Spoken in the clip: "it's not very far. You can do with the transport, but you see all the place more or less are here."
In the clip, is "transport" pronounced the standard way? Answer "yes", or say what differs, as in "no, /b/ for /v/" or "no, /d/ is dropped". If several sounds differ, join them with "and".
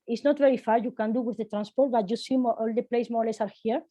yes